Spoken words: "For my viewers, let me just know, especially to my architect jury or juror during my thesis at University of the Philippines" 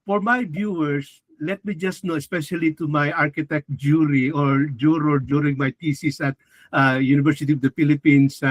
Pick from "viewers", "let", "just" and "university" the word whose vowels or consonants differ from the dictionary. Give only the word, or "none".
viewers